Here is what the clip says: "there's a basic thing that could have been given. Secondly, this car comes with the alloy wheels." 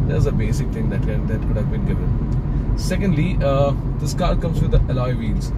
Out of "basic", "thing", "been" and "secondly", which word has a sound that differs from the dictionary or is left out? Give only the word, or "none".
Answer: thing